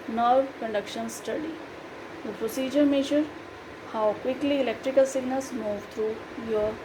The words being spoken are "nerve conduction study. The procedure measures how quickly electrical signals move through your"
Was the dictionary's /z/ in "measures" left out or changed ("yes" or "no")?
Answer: yes